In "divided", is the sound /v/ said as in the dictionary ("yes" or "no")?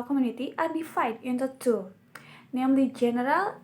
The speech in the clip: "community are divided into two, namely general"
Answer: no